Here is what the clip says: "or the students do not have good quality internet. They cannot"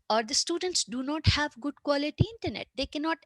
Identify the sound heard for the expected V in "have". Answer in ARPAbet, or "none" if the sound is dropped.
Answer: V